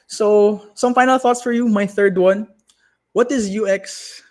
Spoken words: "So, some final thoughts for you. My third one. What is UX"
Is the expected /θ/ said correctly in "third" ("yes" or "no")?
yes